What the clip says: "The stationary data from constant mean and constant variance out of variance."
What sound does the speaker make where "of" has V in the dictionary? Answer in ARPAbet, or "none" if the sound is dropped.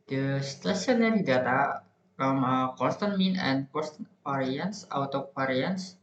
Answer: P